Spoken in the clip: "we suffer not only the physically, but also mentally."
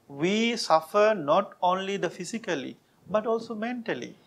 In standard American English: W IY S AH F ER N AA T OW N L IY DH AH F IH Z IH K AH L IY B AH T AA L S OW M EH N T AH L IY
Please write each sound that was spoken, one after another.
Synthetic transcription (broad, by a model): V IY S AH F ER N AA T OW N L IY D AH F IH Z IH K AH L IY B AH T AA L S OW M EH N T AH L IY